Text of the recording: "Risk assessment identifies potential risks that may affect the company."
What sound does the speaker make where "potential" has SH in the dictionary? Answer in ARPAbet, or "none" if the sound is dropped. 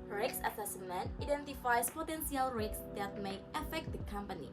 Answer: S